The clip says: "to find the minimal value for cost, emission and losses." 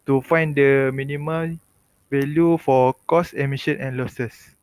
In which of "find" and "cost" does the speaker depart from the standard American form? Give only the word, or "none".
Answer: cost